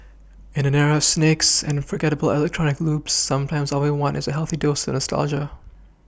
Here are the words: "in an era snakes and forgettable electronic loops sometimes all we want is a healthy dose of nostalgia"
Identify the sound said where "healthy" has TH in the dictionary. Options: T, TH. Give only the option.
TH